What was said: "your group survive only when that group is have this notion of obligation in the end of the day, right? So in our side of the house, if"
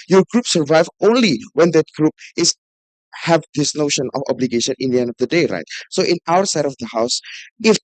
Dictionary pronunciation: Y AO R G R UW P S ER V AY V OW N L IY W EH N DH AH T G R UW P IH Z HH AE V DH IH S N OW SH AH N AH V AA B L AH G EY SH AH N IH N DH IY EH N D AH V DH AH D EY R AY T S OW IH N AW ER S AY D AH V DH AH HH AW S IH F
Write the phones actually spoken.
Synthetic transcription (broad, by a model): Y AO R G R UW P S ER V AY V OW N L IY W EH N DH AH T G R UW P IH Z HH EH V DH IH S N OW SH AH N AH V AA B L AH G EY SH AH N IH N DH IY EH N D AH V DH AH D EY R AY T S OW IH N AW ER S AY D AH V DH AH HH AW S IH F